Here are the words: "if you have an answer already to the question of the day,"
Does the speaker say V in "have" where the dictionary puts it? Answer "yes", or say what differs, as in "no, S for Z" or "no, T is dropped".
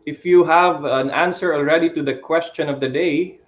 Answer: yes